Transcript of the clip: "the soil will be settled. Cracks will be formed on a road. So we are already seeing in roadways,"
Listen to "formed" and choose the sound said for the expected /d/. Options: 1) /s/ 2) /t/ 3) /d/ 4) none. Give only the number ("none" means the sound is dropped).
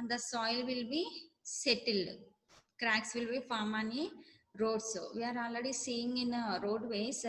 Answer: 4